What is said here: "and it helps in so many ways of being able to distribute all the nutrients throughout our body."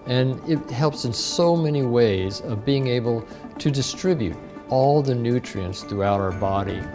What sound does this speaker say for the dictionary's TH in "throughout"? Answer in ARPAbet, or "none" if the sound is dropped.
TH